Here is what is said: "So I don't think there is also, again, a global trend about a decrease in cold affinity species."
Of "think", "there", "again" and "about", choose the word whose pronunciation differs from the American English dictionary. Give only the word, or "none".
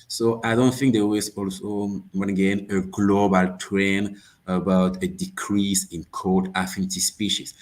there